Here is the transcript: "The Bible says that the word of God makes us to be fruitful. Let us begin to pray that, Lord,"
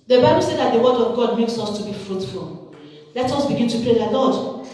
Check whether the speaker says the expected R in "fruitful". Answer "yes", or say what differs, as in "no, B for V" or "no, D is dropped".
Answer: yes